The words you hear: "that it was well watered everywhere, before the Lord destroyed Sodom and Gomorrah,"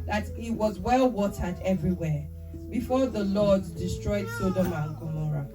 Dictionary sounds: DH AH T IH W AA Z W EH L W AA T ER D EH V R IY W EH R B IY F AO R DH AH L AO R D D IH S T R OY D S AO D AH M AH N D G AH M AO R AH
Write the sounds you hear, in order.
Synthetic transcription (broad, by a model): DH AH T IH W AA Z W EH L W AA T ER D EH V R IY W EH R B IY F AO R DH AH L AO D D IH S T R OY D S AO D AH M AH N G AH M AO R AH